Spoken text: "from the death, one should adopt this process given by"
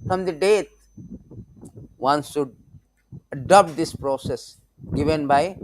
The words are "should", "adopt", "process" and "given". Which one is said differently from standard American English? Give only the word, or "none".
should